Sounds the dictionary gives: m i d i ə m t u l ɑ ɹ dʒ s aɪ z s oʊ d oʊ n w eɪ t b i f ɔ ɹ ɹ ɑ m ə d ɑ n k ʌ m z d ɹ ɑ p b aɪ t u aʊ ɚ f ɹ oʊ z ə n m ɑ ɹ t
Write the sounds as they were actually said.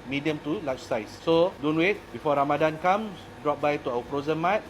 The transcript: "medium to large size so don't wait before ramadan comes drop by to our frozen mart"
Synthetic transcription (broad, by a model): m i d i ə m t u l ɑ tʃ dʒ s aɪ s s oʊ d oʊ n w eɪ t b i f ɔ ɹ ɹ ɑ m ə d ɑ n k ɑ m d ɹ ɑ p b aɪ t u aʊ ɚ p ɹ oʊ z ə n m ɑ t